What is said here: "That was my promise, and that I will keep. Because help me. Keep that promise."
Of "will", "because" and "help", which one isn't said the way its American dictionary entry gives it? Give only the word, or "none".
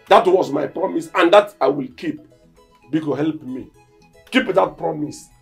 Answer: because